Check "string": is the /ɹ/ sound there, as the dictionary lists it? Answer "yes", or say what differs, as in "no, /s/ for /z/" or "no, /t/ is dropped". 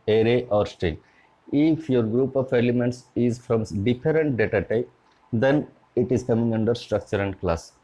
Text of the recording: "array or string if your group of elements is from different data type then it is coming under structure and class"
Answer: no, /ɹ/ is dropped